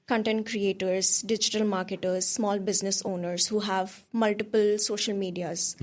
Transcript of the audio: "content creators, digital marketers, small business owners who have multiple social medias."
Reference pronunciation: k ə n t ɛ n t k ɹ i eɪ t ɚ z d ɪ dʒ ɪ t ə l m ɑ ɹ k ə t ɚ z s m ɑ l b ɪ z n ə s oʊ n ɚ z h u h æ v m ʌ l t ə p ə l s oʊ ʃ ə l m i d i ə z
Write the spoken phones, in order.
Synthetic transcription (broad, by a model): k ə n t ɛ n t k ɹ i eɪ t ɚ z d ɪ dʒ ɪ t ə l m ɑ ɹ k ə t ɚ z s m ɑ l b ɪ z n ə s oʊ n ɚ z h u h æ v m ʌ l t ə p ə l s oʊ ʃ ə l m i d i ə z